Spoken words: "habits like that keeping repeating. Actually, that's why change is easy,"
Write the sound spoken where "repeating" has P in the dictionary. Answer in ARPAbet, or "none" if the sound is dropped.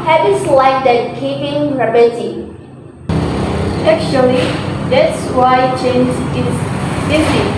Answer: B